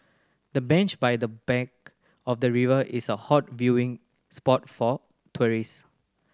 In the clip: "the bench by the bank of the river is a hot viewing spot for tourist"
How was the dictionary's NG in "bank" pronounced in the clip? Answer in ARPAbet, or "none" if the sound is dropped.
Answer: none